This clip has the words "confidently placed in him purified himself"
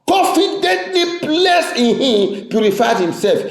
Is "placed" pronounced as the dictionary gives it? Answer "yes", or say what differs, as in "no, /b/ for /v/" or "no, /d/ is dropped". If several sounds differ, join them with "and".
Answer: no, /t/ is dropped